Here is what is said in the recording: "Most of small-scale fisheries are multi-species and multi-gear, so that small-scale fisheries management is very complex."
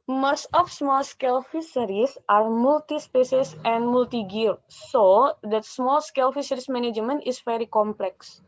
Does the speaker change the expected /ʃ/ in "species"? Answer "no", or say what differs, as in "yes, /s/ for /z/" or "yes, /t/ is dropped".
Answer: yes, /s/ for /ʃ/